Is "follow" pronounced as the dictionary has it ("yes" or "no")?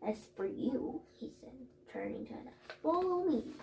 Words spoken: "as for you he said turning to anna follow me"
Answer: no